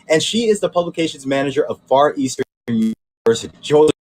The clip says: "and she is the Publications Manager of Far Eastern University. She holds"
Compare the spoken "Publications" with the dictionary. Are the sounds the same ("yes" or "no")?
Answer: yes